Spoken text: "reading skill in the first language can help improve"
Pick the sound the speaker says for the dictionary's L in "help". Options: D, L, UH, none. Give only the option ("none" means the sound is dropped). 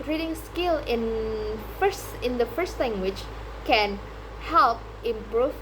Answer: L